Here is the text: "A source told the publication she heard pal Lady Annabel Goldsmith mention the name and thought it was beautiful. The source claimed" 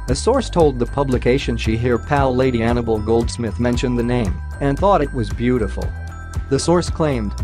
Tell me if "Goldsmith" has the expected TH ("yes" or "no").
yes